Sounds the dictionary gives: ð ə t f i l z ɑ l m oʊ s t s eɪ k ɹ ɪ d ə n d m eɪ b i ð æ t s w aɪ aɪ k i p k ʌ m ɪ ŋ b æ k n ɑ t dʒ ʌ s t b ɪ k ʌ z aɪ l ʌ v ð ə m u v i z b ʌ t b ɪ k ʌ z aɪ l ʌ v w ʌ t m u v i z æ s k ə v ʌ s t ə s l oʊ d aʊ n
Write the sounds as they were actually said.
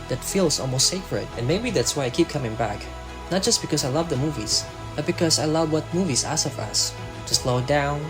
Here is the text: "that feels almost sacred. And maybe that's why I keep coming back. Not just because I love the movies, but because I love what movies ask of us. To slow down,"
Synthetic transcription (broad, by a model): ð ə t f i l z ɑ l m oʊ s t s eɪ k ɹ ɪ d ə n m eɪ b i ð æ t s w aɪ aɪ k i p k ʌ m ɪ ŋ b æ k n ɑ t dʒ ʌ s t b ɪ k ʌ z aɪ l ʌ v ð ə m u v i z b ʌ t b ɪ k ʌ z aɪ l ʌ v w ʌ t m u v i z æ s ə v ʌ s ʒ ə s l oʊ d aʊ n